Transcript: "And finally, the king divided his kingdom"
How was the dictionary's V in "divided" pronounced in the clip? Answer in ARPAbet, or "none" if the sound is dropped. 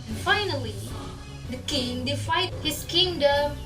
F